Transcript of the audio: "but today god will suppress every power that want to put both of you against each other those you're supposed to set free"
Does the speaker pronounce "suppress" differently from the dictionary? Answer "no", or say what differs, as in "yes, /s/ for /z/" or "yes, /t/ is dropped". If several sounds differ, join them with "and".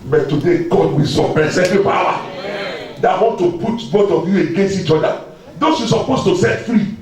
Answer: yes, /ɹ/ is dropped